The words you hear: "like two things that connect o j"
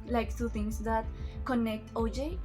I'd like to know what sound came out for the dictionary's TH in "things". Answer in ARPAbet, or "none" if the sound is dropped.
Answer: T